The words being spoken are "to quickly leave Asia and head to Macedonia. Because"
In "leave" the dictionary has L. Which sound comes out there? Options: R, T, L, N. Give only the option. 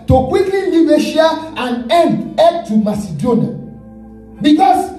N